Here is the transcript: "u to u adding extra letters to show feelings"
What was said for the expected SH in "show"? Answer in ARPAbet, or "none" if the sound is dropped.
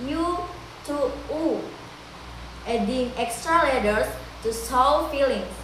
S